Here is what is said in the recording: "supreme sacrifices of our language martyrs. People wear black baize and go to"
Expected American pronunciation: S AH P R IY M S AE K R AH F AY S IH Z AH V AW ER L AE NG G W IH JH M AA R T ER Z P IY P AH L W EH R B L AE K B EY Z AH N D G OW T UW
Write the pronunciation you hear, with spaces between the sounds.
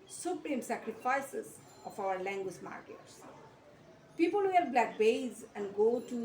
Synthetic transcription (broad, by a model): S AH P R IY M S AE K R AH F AY S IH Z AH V AW ER L AE NG G W IH JH M AA R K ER S P IY P AH L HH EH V B L AE K B EY Z AH N D G OW T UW